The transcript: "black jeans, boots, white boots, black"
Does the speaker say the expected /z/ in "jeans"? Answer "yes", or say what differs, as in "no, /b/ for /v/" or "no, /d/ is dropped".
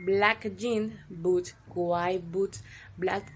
no, /z/ is dropped